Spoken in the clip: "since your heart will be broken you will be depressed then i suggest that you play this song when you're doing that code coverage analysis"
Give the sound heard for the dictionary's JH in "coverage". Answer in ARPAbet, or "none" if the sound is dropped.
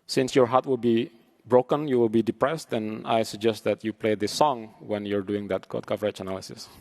CH